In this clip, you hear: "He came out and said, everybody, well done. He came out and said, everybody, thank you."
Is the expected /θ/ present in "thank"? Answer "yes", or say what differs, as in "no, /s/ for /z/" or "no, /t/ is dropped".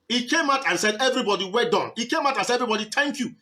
no, /t/ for /θ/